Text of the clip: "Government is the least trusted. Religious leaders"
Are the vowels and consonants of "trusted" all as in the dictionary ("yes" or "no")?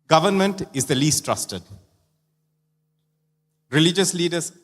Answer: yes